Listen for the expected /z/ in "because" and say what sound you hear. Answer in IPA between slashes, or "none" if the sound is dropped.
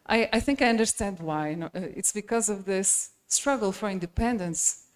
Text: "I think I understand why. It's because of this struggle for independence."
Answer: /z/